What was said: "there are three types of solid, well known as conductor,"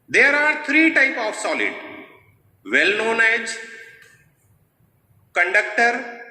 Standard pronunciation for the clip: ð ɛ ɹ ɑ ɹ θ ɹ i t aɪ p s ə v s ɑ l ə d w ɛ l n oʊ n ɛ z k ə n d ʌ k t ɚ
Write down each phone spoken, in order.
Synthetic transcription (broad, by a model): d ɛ ɹ ɑ ɹ t ɹ i t aɪ p ə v s ɑ l ə d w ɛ l n oʊ n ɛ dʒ k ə n d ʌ k t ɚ